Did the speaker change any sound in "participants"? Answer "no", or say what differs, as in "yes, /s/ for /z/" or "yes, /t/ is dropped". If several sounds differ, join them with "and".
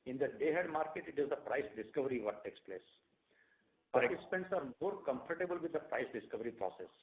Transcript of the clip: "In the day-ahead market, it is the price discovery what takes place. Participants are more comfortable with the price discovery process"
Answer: no